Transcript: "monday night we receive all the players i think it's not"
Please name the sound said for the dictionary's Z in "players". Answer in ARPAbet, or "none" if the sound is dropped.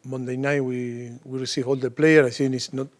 none